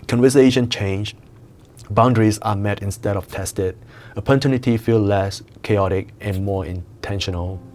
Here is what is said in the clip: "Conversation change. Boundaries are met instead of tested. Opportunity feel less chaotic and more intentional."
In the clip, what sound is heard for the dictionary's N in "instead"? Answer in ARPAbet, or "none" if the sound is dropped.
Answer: N